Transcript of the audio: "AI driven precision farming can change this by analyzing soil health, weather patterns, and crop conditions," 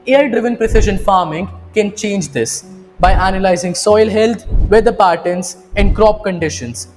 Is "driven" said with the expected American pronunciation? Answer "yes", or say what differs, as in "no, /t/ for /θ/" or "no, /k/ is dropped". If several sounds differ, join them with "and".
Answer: yes